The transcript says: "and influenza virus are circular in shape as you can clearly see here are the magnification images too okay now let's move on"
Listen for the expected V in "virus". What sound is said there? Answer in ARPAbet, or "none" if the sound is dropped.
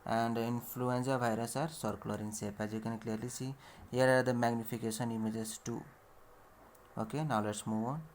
B